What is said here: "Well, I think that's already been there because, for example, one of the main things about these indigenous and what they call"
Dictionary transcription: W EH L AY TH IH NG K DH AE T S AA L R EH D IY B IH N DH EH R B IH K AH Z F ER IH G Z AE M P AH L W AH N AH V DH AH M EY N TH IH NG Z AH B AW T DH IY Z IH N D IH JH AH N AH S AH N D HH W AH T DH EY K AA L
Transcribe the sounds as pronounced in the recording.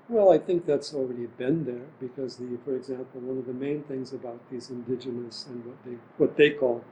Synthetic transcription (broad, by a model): W EH L AY TH IH NG K DH AE T S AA L R EH D IY B IH N DH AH R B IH K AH Z F ER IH G Z AE M P L W AH N AH V DH AH M EY N TH IH NG Z AH B AW T DH IY Z IH N D IH JH AH N AH S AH N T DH W AH T DH EY K AA L